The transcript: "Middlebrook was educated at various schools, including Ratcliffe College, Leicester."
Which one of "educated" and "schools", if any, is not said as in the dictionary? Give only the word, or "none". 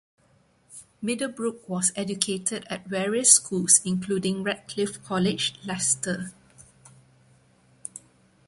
schools